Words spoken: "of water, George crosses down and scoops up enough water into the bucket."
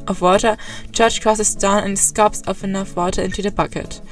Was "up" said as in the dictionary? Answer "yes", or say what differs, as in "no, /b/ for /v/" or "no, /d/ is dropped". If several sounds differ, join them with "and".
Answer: no, /f/ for /p/